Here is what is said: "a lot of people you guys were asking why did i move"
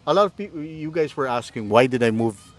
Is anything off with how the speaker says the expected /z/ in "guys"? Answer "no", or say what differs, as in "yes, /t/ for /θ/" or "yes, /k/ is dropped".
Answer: no